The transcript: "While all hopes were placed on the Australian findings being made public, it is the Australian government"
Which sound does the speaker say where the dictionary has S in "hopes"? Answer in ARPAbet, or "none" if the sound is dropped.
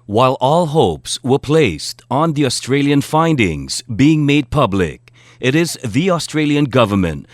S